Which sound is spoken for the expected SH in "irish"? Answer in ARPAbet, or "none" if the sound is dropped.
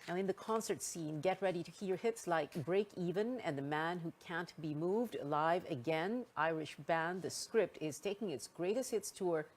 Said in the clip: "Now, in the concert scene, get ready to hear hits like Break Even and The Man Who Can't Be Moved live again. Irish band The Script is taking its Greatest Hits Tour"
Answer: SH